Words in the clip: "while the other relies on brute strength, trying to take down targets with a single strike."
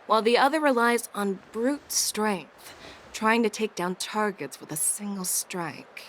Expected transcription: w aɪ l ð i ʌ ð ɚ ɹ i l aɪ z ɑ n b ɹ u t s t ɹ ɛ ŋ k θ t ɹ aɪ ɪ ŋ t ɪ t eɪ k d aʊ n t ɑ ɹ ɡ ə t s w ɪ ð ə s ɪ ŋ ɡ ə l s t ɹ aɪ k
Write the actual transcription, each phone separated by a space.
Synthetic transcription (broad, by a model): w aɪ l ð i ʌ ð ɚ ɹ i l aɪ z n b ɹ u t s t ɹ ɛ ŋ k θ t ɹ aɪ ɪ ŋ t ɪ t eɪ k d aʊ n t ɑ ɹ ɡ ə t s w ɪ ð ə s ɪ ŋ ɡ l s t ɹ aɪ k